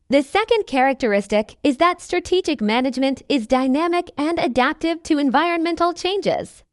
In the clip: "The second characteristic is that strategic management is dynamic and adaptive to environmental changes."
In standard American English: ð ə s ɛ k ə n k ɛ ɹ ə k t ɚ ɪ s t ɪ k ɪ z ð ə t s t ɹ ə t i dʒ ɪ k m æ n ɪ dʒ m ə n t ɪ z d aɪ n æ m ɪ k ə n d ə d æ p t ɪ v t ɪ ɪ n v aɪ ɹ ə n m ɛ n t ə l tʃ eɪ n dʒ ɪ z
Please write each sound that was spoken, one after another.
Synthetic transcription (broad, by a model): ð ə s ɛ k ə n k ɛ ɹ ə k t ɚ ɪ s t ɪ k ɪ z ð ə t s t ɹ ə t i dʒ ɪ k m æ n ɪ dʒ m ə n t ɪ z d aɪ n æ m ɪ k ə n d ə d æ p t ɪ v t ɪ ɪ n v aɪ ɹ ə n m ɛ n t l tʃ eɪ n dʒ ɪ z